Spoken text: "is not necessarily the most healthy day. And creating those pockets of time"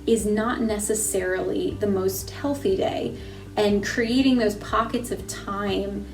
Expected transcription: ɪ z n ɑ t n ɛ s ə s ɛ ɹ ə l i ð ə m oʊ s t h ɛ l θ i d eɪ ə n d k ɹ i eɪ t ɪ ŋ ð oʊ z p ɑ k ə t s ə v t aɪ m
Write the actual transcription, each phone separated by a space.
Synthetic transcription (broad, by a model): ɪ z n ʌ t n ɛ s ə s ɛ ɹ l i ð ə m oʊ s t h ɛ l θ i d eɪ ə n k ɹ i eɪ t ɪ ŋ ð oʊ z p ɑ k ə t s ə v t aɪ m